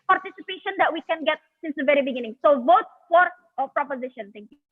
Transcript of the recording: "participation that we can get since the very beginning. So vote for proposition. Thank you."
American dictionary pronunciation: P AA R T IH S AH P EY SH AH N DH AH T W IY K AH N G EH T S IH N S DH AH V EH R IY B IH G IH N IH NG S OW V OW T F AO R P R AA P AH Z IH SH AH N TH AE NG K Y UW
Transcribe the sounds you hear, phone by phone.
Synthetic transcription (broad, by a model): P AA R T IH S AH P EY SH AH N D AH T W IY K AH N G EH T S IH N S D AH V EH R IY B IH G IH N IH NG S OW V OW T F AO R P R AA P AH Z IH SH AH N T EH NG K Y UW